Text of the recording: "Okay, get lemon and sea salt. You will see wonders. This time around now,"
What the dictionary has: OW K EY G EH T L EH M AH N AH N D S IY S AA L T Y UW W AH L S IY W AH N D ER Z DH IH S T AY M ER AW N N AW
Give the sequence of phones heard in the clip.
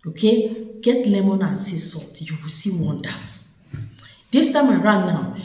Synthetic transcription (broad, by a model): OW K EY G EH T L EH M AH N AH N S IY S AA T Y UW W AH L S IY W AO N D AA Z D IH S T AY M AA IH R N AW